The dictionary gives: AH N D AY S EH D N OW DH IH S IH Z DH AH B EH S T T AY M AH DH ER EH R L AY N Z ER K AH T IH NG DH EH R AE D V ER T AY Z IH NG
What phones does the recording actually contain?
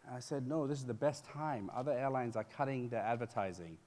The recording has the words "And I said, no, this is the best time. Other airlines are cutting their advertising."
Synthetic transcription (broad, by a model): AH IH S EH D N OW DH IH S IH Z DH AH B EH S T T AY M AH DH ER EH R L AY N Z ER K AH T IH NG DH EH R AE D V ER T AY Z IH NG